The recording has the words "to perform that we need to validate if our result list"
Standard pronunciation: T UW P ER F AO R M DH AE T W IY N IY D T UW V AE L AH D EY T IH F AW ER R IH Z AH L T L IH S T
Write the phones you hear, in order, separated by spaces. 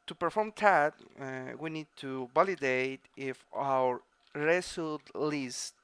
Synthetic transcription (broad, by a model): T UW P ER F AO R M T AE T W IY N IY D T UW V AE L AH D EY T IH F AW ER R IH S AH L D L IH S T